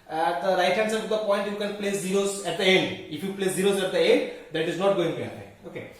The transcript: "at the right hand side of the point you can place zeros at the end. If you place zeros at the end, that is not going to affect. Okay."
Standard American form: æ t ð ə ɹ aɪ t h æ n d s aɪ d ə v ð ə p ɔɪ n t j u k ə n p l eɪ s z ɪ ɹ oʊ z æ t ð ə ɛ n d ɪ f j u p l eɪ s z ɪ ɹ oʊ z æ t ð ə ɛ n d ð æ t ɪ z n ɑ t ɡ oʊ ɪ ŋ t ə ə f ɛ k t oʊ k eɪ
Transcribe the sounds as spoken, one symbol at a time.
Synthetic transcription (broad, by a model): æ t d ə ɹ aɪ t h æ n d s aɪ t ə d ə p ɔɪ n t j u k ə n p l eɪ s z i ɹ oʊ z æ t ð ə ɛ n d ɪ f j u p l eɪ s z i ɹ oʊ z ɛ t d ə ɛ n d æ t ɪ z n ɑ t ɡ oʊ ɪ ŋ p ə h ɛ t oʊ k eɪ